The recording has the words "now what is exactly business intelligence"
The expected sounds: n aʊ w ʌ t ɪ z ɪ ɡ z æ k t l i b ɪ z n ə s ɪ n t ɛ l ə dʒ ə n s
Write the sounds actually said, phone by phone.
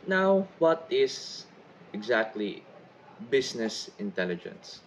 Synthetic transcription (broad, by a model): n aʊ w ʌ t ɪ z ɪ ɡ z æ k t l i b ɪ s n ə s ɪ n t ɛ l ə dʒ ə n s